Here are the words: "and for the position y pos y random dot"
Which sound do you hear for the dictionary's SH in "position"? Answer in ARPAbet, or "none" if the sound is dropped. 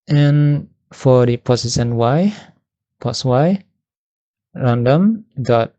S